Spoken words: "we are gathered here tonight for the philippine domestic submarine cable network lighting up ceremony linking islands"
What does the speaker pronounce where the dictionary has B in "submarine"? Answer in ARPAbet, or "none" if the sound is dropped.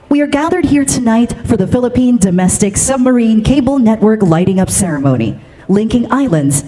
B